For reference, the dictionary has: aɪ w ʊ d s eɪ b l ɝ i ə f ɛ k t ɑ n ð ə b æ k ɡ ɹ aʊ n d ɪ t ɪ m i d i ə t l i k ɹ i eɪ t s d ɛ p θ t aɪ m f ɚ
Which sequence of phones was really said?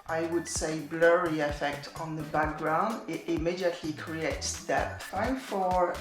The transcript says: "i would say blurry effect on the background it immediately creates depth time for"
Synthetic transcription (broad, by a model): aɪ w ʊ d s eɪ b l ɝ i ə f ɛ k t n ð ə b æ k ɡ ɹ aʊ n d ɪ t ɪ m i d i ə t l i k ɹ i eɪ t s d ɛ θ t aɪ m f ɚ